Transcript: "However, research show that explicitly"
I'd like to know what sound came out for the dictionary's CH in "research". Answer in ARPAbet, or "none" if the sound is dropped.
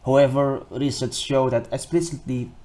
S